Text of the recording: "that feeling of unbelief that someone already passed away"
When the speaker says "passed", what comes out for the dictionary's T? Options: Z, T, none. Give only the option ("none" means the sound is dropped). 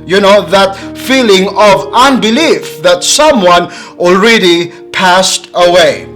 T